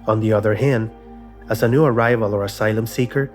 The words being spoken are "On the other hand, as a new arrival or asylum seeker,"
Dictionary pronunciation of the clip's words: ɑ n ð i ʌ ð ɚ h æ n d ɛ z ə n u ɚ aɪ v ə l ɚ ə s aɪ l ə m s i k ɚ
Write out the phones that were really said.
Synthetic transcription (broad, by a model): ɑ n ð i ʌ ð ɚ h æ n d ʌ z ə n u ɚ aɪ v ə l ɚ ə s aɪ l ə m s i k ɚ